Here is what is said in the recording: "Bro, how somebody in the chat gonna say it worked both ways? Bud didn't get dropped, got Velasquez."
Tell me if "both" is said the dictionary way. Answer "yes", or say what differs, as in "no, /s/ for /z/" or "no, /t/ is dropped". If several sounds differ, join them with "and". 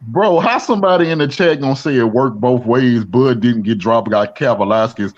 yes